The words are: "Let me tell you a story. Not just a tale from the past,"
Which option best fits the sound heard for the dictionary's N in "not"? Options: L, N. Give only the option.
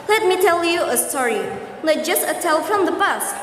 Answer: L